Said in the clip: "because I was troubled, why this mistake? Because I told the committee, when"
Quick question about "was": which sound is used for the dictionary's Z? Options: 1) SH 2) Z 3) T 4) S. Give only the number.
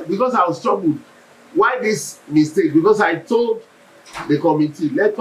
4